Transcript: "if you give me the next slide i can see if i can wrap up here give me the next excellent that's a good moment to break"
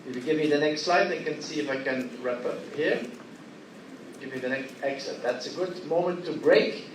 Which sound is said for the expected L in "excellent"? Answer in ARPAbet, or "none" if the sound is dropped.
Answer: none